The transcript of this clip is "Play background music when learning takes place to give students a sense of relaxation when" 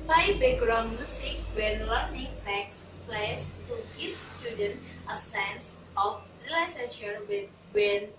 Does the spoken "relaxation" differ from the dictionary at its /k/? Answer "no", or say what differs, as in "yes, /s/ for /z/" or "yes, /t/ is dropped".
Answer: yes, /k/ is dropped